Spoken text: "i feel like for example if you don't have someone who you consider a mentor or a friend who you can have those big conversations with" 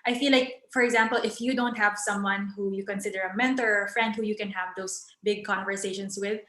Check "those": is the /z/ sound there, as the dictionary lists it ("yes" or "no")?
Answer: no